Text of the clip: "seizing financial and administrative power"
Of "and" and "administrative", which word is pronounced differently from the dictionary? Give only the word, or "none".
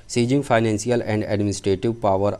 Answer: none